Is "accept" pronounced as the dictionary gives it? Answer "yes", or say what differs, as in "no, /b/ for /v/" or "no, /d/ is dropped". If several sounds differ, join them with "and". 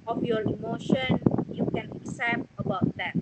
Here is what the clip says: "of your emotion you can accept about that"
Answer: no, /k/ is dropped